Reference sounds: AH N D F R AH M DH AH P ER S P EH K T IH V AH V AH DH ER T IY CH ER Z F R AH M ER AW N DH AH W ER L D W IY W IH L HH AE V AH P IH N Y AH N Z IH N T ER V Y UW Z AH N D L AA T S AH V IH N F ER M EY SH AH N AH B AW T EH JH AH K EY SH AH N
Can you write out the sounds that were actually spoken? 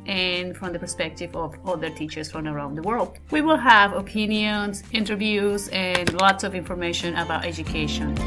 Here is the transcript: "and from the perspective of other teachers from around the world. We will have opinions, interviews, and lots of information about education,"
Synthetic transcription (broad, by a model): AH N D F R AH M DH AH P ER S P EH K T IH V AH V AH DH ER T IY CH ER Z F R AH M ER AW N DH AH W ER L D W IY W IH L HH AE V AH P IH N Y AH N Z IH N T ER V Y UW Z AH N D L AA T S AH V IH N F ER M EY SH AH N AH B AW T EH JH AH K EY SH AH N